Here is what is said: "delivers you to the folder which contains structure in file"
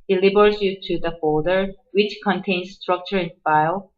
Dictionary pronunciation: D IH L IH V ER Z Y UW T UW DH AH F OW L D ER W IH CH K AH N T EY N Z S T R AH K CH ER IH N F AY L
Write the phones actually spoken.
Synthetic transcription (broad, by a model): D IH L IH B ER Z Y UW T UW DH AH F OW D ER W IH CH K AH N T EY N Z S T R AH K CH ER IH N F AY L